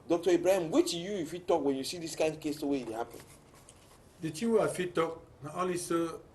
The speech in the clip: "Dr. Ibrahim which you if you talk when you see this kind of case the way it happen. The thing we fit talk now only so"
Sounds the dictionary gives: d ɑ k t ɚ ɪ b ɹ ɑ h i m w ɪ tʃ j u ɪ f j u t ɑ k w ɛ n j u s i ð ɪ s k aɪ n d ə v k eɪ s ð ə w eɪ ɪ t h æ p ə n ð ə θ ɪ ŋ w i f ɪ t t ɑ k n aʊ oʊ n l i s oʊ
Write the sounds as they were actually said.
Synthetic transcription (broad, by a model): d ɑ k t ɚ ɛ b ɹ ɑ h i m w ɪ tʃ j u ɪ f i t ɑ k w ɛ n j u s i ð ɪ s k aɪ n ə k eɪ s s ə w eɪ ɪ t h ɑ p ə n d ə t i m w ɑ f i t t ɑ k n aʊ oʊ l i s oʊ